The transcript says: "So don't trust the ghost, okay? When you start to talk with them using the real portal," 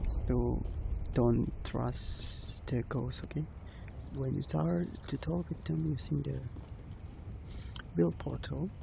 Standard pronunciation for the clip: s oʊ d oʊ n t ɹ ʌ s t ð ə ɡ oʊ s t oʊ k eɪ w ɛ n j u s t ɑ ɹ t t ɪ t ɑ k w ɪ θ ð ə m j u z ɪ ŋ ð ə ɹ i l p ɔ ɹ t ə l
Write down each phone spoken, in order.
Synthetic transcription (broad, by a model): s oʊ d oʊ n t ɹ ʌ s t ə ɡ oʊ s oʊ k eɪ w ɛ n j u s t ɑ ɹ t t ɪ t ɑ k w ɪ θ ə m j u s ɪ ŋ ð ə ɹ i l p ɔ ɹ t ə